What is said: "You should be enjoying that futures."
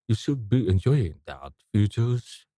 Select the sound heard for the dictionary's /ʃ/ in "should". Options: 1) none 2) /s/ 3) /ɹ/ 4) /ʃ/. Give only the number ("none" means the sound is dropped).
4